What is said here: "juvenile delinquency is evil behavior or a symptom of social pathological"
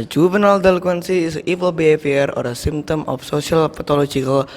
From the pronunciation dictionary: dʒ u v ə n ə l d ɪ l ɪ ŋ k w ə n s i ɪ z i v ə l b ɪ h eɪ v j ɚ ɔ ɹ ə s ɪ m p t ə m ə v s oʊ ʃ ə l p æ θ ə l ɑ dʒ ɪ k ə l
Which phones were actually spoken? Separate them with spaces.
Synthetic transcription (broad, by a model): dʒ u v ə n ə l d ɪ l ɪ k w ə n s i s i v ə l b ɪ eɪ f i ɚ ɔ ɹ ə s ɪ m t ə m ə f s oʊ s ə l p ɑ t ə l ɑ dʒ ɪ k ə l